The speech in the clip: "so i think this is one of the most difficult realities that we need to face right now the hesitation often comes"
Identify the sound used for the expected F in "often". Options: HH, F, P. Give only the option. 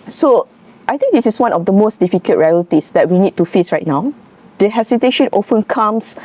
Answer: F